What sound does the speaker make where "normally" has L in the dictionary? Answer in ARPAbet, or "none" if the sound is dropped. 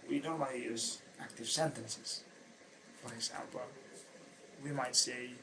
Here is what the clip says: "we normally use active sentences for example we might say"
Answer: none